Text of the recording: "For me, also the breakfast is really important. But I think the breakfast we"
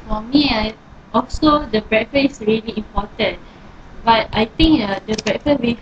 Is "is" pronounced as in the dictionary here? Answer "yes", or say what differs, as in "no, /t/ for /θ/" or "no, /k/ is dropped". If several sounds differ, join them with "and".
no, /s/ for /z/